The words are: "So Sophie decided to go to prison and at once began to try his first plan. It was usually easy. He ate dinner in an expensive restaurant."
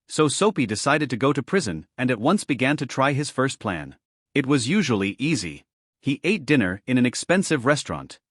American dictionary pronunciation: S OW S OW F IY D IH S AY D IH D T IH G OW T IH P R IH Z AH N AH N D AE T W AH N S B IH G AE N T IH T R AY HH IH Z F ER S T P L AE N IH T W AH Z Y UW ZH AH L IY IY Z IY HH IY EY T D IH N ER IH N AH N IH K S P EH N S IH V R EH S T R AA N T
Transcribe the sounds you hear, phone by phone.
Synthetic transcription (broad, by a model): S OW S OW P IY D IH S AY D IH D T IH G OW T IH P R IH Z AH N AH N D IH T W AH N S B IH G AE N T IH T R AY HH IH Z F ER S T P L AE N IH T W AH Z Y UW ZH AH L IY IY Z IY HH IY EY T D IH N ER IH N AH N IH K S P EH N S IH V R EH S T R AA N T